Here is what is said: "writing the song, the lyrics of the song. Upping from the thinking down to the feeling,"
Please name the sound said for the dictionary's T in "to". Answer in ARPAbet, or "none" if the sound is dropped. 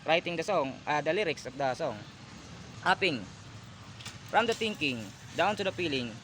S